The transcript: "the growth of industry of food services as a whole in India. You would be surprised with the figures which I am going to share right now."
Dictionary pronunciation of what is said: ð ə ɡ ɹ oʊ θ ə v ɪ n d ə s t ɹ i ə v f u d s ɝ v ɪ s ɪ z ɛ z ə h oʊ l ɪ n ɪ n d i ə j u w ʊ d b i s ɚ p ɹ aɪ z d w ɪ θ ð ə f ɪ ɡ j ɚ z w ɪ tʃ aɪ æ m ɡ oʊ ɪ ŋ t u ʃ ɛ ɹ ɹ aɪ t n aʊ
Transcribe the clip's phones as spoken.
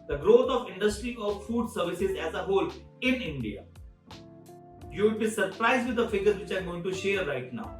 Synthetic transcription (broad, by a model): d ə ɡ ɹ oʊ t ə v ɪ n d ə s t ɹ i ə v f u d s ɝ v ɪ s ɪ z ɛ z ə h oʊ l ɪ n ɪ n d i ə j u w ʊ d b i s ɚ p ɹ aɪ z d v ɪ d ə f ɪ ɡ ɚ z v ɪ tʃ aɪ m ɡ oʊ ɪ ŋ t u ʃ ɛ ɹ ɹ aɪ t n aʊ